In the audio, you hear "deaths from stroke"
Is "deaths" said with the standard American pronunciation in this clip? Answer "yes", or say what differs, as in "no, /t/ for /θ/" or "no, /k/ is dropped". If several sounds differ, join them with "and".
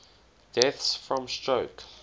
yes